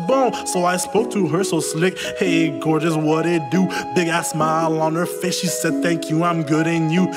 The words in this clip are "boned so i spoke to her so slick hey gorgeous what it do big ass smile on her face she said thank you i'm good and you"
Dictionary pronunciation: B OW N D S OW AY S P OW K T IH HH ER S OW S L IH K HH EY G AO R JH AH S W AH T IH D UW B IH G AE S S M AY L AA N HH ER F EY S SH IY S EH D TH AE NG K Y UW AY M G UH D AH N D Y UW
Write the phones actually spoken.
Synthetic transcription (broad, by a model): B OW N S OW AY S P OW K T IH HH ER S OW S L IH K HH EY G AO R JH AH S W AH T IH D UW B IH G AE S S M AY L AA N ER F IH SH SH IY S EH D TH AE NG K Y UW AY M G UH D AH N Y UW